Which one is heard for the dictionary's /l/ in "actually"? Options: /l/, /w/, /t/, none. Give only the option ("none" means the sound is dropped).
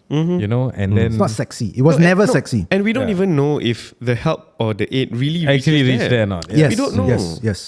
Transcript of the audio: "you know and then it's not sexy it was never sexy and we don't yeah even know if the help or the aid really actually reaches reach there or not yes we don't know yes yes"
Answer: none